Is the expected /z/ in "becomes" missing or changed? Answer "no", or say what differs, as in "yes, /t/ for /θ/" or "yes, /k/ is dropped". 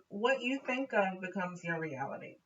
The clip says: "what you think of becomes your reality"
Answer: no